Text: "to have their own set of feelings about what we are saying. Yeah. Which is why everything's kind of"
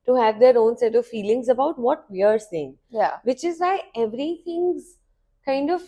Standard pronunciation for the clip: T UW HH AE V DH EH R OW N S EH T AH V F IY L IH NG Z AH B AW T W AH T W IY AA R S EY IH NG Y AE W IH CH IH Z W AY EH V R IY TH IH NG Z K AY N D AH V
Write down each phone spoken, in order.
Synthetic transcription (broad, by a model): T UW HH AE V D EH R OW N S EH T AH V F IY L IH NG Z AH B AW T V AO T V IY AA R S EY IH NG Y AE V IH CH IH Z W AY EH V R IY T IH NG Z K AY N D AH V